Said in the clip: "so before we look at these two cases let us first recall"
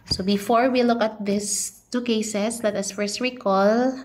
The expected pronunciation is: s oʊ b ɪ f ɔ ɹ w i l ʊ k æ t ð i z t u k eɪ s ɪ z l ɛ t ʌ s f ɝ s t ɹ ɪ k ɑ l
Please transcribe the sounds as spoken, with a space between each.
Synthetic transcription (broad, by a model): s oʊ b ɪ f ɔ ɹ w i l ʊ k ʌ t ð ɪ s t u k eɪ s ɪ s l ɛ t ʌ s f ɝ s t ɹ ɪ k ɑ l